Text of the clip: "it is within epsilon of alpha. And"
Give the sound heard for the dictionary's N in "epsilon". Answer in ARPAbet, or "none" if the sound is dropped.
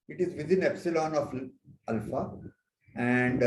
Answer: N